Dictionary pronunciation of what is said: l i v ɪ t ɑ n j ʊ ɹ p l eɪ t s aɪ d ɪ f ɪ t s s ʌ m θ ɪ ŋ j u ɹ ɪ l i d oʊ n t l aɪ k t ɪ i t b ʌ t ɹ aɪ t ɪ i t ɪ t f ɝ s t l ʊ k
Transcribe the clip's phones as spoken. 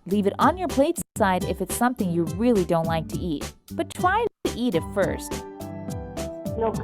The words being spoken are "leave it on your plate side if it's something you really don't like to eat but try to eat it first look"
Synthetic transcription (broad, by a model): l i v ɪ t n j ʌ ɹ p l eɪ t s aɪ d ɪ f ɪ t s s ʌ m θ ɪ ŋ j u ɹ ɪ l i d oʊ n t l aɪ k t ɪ i t b ʌ t ɹ aɪ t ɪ i t ɪ t f ɝ s t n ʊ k